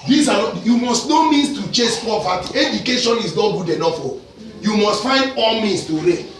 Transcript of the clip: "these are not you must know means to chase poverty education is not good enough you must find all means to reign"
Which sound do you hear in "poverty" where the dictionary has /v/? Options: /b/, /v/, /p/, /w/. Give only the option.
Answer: /p/